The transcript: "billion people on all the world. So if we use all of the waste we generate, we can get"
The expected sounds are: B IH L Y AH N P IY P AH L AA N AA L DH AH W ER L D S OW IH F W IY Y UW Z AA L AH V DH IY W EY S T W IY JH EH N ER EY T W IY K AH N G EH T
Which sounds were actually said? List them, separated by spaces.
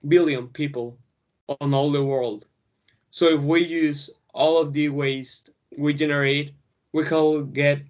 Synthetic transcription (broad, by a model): B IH L Y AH N P IY P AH L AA N AA L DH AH W ER L D S OW IH F W IY Y UW Z AA L AH V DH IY W EY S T W IY JH EH N ER EY T W IY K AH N G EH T